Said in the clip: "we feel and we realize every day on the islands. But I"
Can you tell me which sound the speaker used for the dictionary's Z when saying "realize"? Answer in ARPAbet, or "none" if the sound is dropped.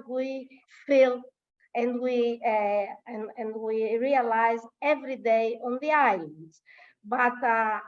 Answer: Z